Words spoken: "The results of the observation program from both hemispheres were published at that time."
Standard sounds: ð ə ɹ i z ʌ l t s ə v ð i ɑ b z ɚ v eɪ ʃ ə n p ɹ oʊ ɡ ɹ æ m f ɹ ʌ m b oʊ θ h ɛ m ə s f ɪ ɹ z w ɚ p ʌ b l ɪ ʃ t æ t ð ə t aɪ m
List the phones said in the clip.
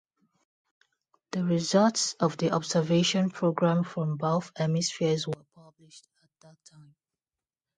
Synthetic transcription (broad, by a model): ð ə ɹ i z ʌ l t s ə v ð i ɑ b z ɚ v eɪ ʃ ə n p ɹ oʊ ɡ ɹ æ m f ɹ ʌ m b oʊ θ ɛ m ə s f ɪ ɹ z w ɚ p ʌ b l ɪ ʃ t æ t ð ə t aɪ m